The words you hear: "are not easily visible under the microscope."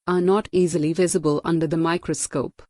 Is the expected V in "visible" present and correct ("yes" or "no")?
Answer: yes